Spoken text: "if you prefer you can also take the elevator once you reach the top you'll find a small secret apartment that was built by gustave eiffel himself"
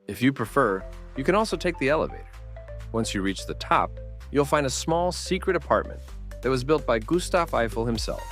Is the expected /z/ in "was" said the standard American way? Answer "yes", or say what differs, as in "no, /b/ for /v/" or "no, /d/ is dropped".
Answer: yes